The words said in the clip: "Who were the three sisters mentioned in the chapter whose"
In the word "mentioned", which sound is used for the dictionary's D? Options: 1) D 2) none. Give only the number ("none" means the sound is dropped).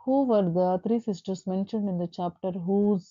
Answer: 1